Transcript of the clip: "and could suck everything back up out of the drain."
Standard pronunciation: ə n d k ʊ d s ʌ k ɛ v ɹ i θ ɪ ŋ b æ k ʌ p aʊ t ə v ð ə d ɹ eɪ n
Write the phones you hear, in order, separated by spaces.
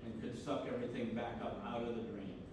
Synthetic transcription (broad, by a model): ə n k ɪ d s ʌ k ɛ v ɹ i θ ɪ ŋ b æ k ʌ p aʊ t ə v ð ə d ɹ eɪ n